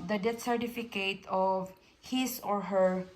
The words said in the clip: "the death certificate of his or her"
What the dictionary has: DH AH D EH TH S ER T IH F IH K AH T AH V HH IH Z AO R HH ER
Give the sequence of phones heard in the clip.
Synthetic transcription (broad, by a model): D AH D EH T S ER T IH F IH K AH T AH V HH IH S AO R HH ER